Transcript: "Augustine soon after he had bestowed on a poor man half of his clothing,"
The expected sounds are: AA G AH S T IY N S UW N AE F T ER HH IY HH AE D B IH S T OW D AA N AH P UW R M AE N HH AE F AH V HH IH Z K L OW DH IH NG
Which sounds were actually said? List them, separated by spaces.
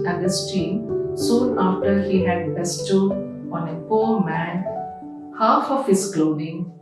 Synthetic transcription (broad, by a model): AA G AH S T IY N S UW N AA F T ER HH IY HH AE D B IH S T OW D AA N AH P UW R M AE N HH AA F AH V HH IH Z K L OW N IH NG